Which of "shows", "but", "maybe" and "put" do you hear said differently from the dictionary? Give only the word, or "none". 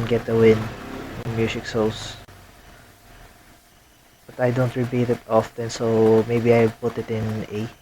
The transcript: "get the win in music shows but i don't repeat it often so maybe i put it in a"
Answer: shows